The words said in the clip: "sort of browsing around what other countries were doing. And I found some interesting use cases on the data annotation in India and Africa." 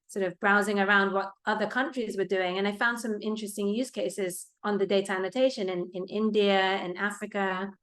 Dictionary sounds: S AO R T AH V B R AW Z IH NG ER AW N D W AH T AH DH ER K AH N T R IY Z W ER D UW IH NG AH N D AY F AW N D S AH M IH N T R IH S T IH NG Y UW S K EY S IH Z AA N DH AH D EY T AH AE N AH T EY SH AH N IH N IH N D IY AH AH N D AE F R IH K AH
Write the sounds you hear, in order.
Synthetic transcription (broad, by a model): S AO R T AH V B R AW Z IH NG ER AW N D W AH T AH DH ER K AH N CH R IY Z W ER D UW IH NG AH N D AY F AW N D S AH M IH N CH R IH S T IH NG Y UW S K EY S IH Z N DH AH D EY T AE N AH T EY SH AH N IH N IH N D IY AH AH N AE F R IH K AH